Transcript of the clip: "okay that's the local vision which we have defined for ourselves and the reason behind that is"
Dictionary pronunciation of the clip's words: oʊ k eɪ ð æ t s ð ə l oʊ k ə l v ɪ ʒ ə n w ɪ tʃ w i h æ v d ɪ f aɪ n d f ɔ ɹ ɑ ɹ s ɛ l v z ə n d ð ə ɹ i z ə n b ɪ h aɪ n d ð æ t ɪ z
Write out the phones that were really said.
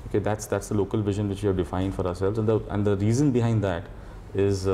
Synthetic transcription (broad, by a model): oʊ k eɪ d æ t s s ə l oʊ k ə l v ɪ ʒ ə n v ɪ tʃ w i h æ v d ɪ f aɪ n d f ɔ ɹ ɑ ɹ s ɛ l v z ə n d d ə ɹ i z ə n b ɪ h aɪ n d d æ t ɪ z